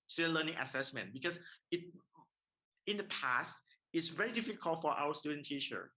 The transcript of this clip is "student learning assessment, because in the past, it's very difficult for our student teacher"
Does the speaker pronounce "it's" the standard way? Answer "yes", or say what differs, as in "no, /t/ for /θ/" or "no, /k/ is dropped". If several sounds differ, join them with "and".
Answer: yes